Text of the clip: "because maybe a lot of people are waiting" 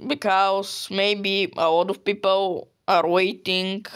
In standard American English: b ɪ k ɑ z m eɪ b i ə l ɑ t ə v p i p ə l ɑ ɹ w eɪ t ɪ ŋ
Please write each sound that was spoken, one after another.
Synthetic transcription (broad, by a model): b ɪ k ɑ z m eɪ b i ə l ɑ t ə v p i p ə l ɑ ɹ w eɪ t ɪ ŋ